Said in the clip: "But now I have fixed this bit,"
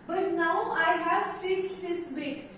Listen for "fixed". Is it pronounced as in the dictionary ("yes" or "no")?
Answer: no